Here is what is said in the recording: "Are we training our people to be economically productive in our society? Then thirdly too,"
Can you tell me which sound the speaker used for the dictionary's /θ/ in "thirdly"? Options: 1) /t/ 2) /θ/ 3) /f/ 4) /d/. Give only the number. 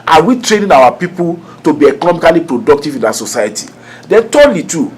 1